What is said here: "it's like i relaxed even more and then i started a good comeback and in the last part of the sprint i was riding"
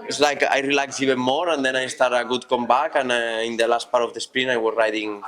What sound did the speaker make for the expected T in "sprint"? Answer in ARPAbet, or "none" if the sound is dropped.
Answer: none